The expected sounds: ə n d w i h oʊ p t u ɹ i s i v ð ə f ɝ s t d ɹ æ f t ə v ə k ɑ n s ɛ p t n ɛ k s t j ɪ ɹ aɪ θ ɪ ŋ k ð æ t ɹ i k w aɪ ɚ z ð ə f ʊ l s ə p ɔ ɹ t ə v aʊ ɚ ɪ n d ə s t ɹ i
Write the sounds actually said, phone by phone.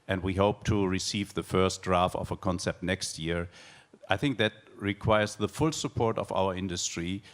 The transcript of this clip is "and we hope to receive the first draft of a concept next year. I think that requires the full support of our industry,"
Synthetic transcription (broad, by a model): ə n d w i h oʊ p t u ɹ i s i v ð ə f ɝ s t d ɹ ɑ f t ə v ə k ɑ n s ɛ p t n ɛ k s t j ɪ ɹ aɪ θ ɪ ŋ k ð æ t ɹ i k w aɪ ɚ z ð ə f ʊ l s ə p ɔ ɹ t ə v aʊ ɚ ɪ n d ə s t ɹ i